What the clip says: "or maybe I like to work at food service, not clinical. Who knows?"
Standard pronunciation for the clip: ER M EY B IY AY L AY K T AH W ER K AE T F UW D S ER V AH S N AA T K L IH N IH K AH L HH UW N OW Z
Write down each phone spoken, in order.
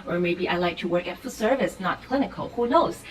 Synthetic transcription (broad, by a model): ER M EY B IY AY L AY K T AH W ER K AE T F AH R S ER V AH S N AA T K L IH N IH K AH L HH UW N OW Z